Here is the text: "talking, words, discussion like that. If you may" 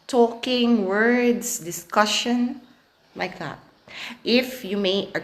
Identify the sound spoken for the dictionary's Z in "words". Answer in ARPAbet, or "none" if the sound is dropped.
S